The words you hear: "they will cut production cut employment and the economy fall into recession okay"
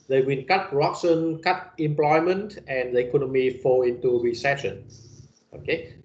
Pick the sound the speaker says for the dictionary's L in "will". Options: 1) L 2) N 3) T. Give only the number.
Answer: 2